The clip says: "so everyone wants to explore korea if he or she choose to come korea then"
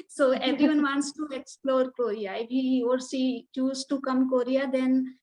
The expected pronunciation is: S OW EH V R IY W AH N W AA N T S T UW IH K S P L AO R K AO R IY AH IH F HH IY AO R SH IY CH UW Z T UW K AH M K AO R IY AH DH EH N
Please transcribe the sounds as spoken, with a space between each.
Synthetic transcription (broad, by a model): S OW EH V R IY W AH N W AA N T S T UW IH K S P L AO R K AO R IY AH IH F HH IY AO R S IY CH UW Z T UW K AH M K AO R IY AH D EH N